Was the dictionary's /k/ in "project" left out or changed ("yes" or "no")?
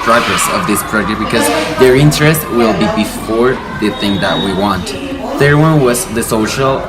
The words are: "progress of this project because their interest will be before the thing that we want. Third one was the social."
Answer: yes